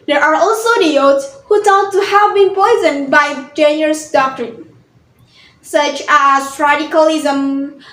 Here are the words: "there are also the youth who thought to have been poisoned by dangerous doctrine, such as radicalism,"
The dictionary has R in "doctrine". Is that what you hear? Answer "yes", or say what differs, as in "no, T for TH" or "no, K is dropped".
yes